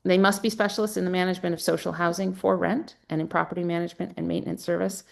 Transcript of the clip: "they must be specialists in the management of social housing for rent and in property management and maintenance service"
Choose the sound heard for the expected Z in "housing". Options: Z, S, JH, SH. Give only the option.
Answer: Z